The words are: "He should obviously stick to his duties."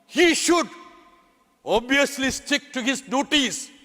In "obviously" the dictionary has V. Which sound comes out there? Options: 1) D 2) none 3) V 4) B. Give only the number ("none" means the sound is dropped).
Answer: 2